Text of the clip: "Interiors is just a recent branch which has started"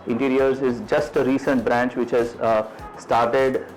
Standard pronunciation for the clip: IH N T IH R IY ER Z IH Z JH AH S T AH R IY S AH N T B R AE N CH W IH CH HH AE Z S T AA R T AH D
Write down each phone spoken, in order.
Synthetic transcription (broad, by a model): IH N T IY R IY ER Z IH Z JH AH S T AH R IY S AH N T B R AE N CH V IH CH HH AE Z S T AA R T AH D